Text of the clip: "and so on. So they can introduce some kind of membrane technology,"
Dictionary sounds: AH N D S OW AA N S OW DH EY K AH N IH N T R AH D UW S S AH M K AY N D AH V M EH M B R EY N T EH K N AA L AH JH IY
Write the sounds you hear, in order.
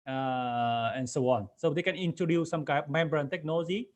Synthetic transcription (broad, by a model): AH N S OW AA N S OW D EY K AH N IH N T R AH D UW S S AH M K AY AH P M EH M B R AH N T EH K N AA L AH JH IY